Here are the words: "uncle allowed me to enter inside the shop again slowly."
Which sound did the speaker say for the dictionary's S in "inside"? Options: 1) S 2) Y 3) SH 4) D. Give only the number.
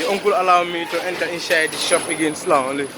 3